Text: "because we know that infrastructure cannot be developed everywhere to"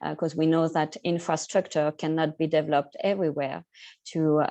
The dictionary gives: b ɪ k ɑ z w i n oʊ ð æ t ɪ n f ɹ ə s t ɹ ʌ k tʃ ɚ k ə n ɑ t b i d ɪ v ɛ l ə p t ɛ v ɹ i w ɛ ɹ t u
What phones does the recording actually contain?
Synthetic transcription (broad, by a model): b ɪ k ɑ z w i n oʊ ð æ t ɪ n f ɹ ə s t ɹ ʌ k tʃ ɚ k ə n ɑ t b i d ɪ v ɛ l ə p t ɛ v ɹ i w ɛ ɹ t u